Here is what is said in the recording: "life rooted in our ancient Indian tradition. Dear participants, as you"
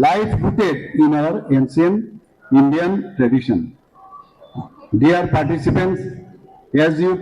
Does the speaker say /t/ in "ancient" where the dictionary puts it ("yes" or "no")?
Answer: no